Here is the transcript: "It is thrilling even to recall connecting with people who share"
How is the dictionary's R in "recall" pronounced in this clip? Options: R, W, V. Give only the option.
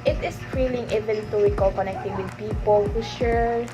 W